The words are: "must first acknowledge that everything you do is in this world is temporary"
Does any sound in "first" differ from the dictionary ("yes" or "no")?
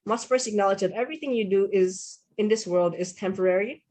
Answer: yes